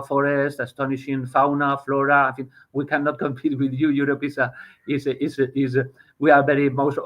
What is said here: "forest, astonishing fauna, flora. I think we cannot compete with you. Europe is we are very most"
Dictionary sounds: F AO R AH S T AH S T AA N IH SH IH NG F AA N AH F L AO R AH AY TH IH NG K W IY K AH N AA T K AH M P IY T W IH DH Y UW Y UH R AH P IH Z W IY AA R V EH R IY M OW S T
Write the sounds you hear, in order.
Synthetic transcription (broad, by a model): F AO R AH S T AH S T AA N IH SH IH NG F AA N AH F L AO R AH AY F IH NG W IY K AH N AA T K AH M P IY T W IH DH Y UW Y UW R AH P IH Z W IY AA R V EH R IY M OW S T